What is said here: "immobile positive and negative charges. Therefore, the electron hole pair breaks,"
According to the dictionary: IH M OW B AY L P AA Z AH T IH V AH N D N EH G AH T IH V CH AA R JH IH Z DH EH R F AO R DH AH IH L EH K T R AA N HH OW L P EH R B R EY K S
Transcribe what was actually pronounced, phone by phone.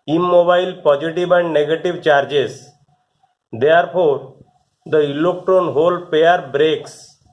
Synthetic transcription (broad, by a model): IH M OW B AY L P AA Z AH T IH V AH N D N EH G AH T IH V CH AA R JH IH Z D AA R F AO R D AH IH L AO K T AA N HH OW L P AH R B R EY K S